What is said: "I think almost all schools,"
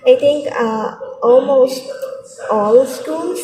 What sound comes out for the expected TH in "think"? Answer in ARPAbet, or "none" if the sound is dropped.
T